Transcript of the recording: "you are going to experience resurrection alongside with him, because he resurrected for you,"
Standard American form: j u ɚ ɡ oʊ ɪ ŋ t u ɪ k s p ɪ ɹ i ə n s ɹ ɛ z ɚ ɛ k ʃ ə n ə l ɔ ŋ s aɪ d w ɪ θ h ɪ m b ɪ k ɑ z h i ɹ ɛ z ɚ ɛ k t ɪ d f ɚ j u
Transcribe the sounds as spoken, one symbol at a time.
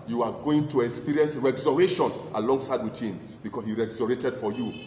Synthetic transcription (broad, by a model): j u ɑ ɡ oʊ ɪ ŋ t u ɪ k s p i ɹ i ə n s ɹ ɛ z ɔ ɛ ʃ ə n ə l ɔ ŋ s aɪ d w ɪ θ h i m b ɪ k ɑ s h i ɹ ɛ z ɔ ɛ t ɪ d f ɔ j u